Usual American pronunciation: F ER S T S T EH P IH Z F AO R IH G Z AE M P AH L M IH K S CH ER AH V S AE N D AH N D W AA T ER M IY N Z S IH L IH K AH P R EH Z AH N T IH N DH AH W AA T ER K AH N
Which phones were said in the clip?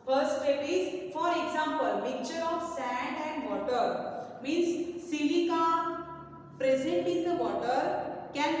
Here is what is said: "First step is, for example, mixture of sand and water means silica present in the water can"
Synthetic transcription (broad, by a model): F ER S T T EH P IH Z F AO R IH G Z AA M P AH L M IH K CH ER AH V S AE N D AH N D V AA T ER M IY N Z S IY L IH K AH P R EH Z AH N T IH N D AH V AA T ER K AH N